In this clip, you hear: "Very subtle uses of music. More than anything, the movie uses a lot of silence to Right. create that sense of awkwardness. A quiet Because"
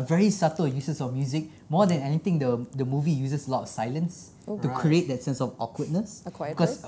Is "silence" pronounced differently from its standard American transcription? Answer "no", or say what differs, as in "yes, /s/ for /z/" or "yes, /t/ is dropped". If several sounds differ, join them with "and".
no